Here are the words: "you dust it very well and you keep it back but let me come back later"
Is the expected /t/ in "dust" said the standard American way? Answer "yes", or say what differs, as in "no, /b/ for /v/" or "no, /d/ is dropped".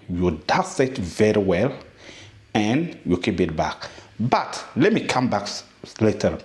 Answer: no, /t/ is dropped